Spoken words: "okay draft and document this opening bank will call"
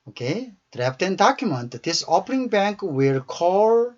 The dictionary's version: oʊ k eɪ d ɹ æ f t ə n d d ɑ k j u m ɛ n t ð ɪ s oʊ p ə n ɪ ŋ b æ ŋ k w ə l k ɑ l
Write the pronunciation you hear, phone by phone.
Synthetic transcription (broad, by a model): oʊ k eɪ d ɹ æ p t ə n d d ɑ k j u m ɛ n t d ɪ s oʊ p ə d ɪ ŋ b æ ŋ k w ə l k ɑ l